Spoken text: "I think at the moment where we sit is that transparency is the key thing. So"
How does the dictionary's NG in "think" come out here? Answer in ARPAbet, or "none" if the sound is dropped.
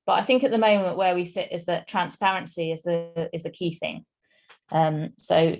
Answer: NG